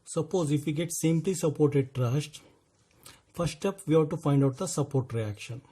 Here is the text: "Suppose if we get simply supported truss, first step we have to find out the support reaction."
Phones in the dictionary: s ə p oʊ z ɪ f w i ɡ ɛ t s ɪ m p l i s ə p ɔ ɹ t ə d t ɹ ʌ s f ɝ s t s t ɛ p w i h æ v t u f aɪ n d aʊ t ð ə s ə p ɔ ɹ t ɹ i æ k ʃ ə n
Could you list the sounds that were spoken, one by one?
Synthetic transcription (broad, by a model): s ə p oʊ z ɪ f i ɡ ɛ t s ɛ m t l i s ə p ɔ ɹ t ə d t ɹ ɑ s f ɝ t s t ɛ p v i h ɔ t u f aɪ n d aʊ t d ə s ə p ɔ ɹ t ɹ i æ k ʃ ə n